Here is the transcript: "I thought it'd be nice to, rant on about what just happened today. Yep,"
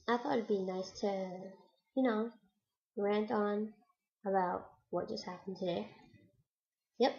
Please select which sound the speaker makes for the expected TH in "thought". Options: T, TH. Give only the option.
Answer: TH